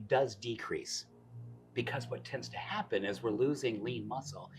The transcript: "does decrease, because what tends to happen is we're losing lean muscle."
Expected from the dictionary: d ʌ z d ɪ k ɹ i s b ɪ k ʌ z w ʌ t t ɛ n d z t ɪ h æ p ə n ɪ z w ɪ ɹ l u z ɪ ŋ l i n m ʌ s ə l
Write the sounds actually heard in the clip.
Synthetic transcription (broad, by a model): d ʌ z d ɪ k ɹ i s b ɪ k ʌ z w ʌ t t ɛ n d z t ɪ h æ p ə n ɪ z w ɪ ɹ l u z ɪ ŋ l i n m ʌ s l